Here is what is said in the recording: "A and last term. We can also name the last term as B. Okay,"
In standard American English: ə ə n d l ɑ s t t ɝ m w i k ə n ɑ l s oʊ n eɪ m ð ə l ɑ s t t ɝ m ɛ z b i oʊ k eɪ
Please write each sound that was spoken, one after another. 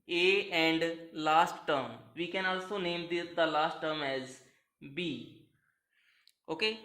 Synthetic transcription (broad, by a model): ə ə n d l ɑ s t t ɝ m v i k ə n ɑ l s oʊ n eɪ m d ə l ɑ s t t ɝ m ɛ z b i oʊ k eɪ